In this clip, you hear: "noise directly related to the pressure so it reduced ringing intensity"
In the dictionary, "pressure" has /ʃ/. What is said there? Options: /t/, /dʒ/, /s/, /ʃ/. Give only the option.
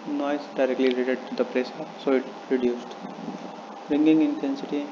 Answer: /s/